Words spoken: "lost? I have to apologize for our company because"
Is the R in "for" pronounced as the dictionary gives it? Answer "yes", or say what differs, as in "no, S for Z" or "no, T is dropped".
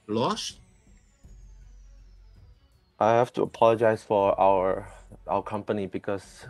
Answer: no, W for R